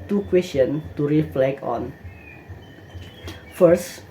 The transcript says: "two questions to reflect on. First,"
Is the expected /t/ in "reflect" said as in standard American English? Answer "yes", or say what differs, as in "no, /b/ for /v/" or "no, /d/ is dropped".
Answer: no, /t/ is dropped